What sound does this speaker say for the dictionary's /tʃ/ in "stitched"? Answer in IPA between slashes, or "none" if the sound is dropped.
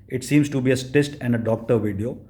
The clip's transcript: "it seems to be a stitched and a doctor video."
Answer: /s/